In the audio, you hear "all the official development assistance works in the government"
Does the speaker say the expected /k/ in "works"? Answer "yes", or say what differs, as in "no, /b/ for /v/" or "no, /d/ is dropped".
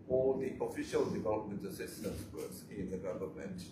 no, /k/ is dropped